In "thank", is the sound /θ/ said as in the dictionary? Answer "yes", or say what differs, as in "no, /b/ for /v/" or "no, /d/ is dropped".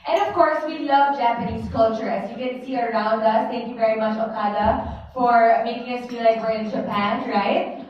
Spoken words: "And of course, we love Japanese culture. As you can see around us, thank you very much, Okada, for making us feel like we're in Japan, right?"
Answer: no, /t/ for /θ/